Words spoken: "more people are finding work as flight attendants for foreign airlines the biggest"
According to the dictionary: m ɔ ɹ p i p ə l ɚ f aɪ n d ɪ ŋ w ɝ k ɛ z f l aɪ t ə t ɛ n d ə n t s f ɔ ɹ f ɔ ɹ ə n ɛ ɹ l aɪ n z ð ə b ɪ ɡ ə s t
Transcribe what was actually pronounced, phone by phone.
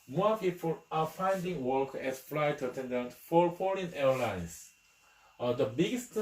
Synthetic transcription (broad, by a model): m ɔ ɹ p i p ə l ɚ f aɪ n d ɪ ŋ w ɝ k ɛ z f l aɪ t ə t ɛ n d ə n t f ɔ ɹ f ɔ l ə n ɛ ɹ l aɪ n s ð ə b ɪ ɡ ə s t